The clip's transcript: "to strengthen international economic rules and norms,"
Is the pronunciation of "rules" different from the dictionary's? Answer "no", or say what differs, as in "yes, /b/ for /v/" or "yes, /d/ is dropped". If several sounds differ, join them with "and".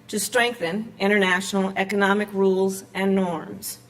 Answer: no